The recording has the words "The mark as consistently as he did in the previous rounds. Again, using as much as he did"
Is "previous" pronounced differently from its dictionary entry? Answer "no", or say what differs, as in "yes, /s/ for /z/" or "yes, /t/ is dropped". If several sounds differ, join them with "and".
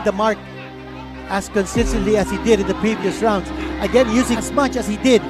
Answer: no